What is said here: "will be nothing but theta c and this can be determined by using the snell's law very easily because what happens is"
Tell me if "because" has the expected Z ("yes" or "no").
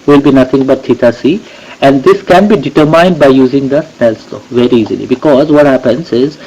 yes